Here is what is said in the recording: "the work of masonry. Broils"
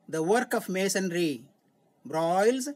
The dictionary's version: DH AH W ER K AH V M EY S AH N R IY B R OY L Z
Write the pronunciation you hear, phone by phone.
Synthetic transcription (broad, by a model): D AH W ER K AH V M EY S AH N R IY B R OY L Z